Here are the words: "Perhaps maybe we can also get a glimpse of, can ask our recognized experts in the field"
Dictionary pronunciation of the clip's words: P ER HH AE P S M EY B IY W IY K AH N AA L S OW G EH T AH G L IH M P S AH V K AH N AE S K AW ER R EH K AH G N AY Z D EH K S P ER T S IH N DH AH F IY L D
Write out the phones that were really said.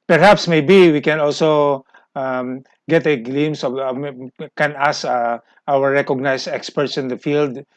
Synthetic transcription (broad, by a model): P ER HH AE P S M EY B IY W IY K AH N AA L S OW G EH T AH G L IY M S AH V K AH N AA S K AW ER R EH K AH G N AY S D EH K S P ER T S IH N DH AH F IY L D